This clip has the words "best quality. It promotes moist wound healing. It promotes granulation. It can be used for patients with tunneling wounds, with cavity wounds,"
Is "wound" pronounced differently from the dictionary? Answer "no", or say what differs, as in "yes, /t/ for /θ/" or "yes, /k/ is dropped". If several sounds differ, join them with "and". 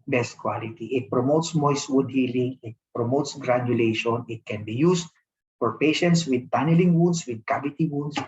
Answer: yes, /n/ is dropped